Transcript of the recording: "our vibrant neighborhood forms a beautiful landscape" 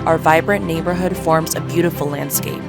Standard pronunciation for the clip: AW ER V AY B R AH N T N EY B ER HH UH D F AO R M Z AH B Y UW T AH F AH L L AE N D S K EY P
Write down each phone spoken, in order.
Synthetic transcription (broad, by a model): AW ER V AY B R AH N N EY B ER HH UH D F AO R M Z AH B Y UW T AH F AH L L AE N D S K EY P